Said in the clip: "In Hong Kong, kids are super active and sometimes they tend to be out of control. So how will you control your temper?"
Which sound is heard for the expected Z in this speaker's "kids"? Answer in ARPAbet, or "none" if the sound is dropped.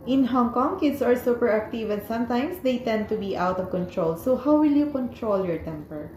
S